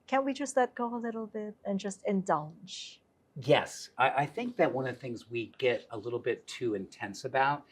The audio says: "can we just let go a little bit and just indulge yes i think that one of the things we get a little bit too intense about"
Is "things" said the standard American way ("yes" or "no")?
yes